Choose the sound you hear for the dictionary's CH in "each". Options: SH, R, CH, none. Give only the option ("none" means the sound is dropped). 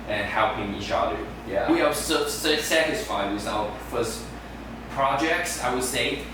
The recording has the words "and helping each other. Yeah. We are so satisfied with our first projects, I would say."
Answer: SH